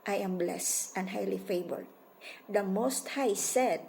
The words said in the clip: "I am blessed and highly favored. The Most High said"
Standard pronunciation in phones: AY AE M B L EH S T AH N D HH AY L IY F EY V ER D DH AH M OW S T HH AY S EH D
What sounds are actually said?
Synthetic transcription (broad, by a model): AY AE M B L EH S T AH N D HH AY L IY F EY B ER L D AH M OW S T HH AY S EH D